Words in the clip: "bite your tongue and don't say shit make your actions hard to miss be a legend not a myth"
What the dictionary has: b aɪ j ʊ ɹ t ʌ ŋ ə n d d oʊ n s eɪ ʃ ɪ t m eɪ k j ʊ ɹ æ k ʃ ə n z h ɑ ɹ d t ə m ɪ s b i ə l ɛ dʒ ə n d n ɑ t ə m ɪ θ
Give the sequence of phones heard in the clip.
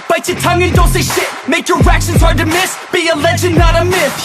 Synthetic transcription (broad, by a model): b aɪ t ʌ t ʌ ŋ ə n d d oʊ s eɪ ʃ ɪ t m eɪ k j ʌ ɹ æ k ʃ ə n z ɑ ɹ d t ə m ɪ s b i ə l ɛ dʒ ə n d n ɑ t ə m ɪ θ